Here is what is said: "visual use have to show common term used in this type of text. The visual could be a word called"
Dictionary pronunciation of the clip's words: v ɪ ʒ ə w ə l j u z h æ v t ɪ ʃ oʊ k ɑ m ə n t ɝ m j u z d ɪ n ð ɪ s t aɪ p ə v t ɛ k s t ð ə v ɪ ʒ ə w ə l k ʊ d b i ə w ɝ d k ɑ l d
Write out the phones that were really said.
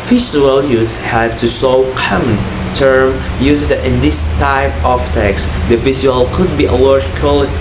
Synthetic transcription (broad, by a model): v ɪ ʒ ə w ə l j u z h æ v t ɪ s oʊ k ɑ m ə n t ɝ m j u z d ɪ n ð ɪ s t aɪ p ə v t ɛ k s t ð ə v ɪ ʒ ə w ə l k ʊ d b i ə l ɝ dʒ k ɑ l